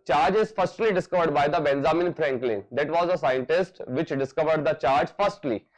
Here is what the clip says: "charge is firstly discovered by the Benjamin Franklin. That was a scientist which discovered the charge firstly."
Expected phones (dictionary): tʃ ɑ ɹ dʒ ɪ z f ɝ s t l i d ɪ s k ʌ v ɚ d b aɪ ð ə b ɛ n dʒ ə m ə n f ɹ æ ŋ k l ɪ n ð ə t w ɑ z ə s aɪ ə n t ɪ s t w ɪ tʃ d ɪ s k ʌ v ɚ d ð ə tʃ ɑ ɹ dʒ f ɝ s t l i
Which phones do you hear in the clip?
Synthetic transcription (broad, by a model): tʃ ɑ ɹ dʒ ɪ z f ɝ s t l i d ɪ s k ʌ v ɚ d b aɪ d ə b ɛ n z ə m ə n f ɹ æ ŋ k l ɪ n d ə t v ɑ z ə s aɪ ə n t ɪ s t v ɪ tʃ d ɪ s k ʌ v ɚ d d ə tʃ ɑ ɹ dʒ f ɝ s t l i